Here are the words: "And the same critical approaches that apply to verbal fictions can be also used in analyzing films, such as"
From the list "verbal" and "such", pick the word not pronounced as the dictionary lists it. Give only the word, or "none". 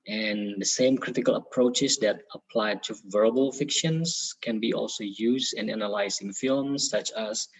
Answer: none